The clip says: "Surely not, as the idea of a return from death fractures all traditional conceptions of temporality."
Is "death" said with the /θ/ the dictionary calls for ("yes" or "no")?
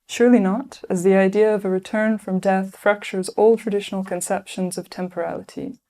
yes